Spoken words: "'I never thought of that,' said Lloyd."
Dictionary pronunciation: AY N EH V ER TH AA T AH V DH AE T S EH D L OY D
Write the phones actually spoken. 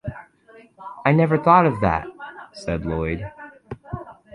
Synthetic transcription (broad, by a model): AY N EH V ER TH AA T AH V DH AE T S EH D L OY D